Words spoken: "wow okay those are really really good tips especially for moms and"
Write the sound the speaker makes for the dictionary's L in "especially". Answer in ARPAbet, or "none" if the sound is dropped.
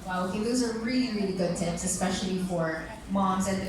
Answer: L